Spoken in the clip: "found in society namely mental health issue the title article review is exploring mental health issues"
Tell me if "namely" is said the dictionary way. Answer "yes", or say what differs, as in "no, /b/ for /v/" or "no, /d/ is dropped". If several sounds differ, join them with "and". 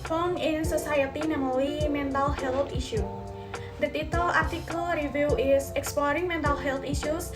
no, /w/ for /l/